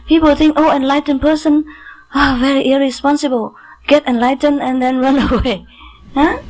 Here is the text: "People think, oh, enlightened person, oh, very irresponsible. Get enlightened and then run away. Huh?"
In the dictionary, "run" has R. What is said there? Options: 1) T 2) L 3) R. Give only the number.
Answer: 3